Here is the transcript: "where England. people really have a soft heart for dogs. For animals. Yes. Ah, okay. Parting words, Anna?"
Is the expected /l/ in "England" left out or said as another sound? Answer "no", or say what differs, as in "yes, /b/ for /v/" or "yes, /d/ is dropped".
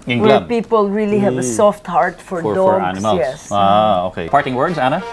yes, /w/ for /l/